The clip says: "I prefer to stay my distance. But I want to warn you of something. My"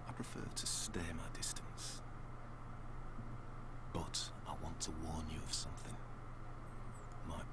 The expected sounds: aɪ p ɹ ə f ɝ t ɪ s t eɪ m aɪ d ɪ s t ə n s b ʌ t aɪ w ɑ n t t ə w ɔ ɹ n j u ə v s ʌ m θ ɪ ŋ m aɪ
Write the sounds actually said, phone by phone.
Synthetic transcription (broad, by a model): aɪ p ɹ ə f ɝ t ɪ s t eɪ m aɪ d ɪ s t ə n s b ʌ t aɪ w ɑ n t t ə w ɔ ɹ n j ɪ ə v s ʌ m θ ɪ ŋ m aɪ